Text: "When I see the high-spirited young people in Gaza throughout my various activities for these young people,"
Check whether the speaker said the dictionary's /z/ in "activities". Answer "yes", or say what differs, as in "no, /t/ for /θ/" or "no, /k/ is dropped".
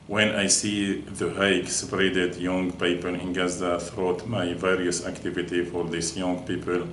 no, /z/ is dropped